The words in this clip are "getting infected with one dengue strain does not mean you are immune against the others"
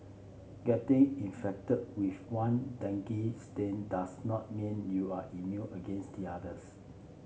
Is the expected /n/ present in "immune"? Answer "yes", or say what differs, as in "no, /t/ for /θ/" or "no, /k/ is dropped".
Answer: no, /n/ is dropped